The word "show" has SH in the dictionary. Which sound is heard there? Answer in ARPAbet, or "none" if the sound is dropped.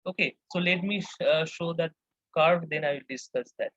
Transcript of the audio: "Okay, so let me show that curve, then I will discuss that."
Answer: SH